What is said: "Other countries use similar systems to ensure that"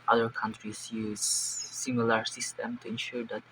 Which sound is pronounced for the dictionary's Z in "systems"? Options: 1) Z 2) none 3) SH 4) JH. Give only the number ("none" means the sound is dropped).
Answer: 2